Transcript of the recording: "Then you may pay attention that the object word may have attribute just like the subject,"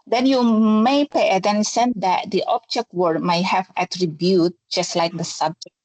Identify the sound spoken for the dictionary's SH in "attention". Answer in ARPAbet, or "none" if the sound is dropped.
S